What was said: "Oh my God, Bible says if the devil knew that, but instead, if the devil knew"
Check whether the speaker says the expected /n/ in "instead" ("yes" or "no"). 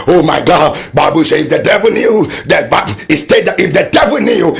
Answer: no